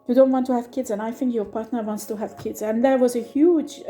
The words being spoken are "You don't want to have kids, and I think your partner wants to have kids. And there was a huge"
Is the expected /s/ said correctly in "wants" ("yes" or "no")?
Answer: yes